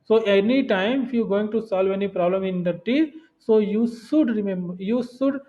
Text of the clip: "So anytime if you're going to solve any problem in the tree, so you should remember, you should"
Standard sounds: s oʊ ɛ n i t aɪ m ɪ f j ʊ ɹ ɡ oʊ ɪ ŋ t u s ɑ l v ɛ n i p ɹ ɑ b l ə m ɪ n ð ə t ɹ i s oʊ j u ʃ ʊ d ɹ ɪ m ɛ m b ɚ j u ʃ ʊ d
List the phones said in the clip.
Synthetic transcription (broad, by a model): s oʊ ɛ n i t aɪ m ɪ f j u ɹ ɡ oʊ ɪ ŋ t u s ɑ l v ɛ n i p ɹ ɑ b l ə m ɪ n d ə t i s oʊ j u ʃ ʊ d ɹ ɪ m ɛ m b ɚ j u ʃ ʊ d